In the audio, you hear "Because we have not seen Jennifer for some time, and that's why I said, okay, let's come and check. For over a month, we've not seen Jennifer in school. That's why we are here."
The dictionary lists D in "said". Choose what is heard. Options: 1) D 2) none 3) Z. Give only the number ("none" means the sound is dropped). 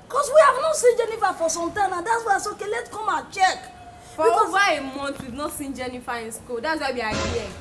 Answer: 2